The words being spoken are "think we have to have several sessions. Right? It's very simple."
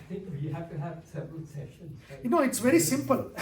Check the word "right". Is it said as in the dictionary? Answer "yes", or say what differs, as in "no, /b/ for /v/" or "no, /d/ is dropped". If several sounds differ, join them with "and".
no, /t/ is dropped